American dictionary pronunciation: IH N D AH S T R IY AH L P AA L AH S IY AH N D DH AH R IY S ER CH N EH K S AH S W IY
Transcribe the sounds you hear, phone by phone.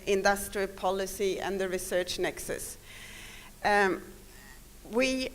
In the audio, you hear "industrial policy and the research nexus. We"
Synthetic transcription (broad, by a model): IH N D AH S T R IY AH L P AA L AH S IY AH N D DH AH R IY S ER CH N EH K S AH S W IY